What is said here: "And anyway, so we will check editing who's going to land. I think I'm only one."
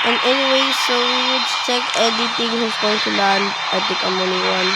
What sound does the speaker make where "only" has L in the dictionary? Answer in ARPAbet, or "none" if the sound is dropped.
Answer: none